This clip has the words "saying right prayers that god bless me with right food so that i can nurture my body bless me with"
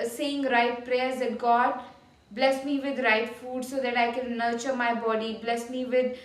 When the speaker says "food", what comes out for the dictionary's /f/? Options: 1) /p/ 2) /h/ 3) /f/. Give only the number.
3